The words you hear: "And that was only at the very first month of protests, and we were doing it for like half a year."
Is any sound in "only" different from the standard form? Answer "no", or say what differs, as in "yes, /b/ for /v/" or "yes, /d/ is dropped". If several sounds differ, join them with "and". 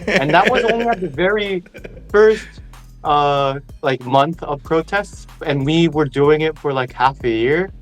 yes, /w/ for /l/